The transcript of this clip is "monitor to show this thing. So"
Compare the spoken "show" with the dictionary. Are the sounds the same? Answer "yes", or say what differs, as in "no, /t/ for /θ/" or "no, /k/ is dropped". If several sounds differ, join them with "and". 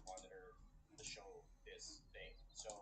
yes